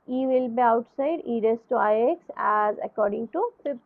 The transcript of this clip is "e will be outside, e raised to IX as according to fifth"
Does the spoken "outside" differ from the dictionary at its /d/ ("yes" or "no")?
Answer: no